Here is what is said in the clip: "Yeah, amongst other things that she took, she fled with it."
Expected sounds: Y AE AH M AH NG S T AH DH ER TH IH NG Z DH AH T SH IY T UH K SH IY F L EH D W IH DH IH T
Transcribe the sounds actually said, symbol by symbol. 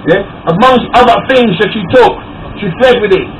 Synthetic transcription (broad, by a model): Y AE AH M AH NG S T AH DH ER TH IH NG Z DH AH T SH IY T UH K SH IY F L EH D W IH DH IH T